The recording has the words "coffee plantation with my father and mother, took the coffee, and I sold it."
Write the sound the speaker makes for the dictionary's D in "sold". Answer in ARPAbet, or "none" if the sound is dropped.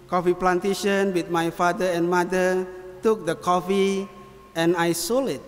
none